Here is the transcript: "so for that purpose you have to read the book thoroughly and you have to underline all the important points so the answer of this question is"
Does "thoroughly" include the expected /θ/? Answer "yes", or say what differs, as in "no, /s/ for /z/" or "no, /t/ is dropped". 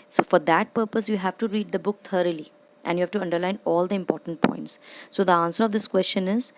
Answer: no, /t/ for /θ/